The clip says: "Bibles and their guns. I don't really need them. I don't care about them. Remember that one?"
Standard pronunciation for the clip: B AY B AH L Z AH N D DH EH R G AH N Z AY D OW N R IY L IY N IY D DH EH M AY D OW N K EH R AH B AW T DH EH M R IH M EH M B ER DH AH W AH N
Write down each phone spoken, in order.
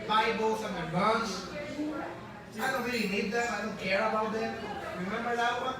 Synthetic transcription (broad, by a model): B AY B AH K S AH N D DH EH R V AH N S AY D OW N R IY L IY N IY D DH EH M AY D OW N K EH R AH B AW T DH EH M R IH M EH M B ER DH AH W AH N